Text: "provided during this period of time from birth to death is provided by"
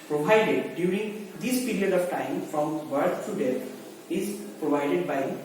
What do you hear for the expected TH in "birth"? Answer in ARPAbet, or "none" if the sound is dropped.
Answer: T